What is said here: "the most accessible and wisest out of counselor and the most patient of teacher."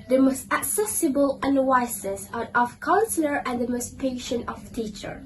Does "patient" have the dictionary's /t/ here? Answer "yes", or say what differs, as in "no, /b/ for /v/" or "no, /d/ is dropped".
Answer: yes